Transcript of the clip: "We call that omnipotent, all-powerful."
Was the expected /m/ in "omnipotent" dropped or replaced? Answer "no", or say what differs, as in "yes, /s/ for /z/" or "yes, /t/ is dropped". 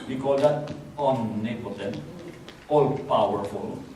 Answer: yes, /m/ is dropped